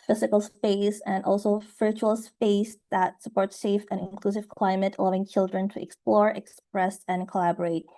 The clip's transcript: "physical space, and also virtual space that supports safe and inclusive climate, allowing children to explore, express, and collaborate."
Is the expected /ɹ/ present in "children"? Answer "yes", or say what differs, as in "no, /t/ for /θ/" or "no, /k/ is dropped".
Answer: yes